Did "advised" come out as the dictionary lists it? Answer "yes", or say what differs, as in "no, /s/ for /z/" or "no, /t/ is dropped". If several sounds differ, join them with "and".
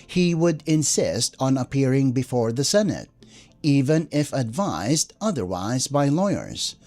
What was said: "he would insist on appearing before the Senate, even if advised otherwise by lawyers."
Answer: yes